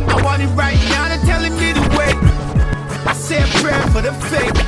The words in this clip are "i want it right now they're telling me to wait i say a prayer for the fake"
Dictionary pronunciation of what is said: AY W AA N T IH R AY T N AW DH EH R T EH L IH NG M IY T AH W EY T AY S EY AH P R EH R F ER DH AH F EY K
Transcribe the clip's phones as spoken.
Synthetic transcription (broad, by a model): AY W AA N IH R AY T N AW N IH T EH L IH NG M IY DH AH W EY IH S EY AH P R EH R F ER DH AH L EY